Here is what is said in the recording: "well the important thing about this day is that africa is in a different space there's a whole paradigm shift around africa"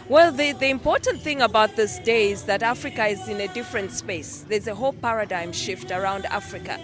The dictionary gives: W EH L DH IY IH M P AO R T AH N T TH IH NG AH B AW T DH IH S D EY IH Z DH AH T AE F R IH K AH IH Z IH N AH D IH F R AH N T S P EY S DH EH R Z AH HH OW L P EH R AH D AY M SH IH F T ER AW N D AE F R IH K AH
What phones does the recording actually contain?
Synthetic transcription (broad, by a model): W EH L DH IY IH M P AO R T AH N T TH IH NG AH B AW T DH IH S D EY IH Z DH AH T AE F R IH K AH IH Z IH N AH D IH F R AH N T S P EY S DH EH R Z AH HH OW L P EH R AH D AY M SH IH F T ER AW N D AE F R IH K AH